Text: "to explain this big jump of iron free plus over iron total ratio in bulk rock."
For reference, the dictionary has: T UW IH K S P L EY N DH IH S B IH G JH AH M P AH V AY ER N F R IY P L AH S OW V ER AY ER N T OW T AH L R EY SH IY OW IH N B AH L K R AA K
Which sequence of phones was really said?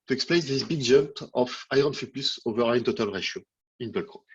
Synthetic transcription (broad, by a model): T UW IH K S P L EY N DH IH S B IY G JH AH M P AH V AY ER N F IY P AH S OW V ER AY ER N T OW T AH L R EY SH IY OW IH N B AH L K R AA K